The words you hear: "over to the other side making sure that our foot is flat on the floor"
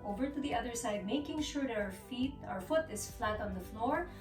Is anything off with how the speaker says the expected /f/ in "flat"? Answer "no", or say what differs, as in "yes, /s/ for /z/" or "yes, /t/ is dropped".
no